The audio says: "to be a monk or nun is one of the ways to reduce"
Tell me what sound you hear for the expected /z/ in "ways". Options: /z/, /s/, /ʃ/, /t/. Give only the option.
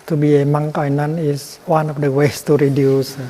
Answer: /s/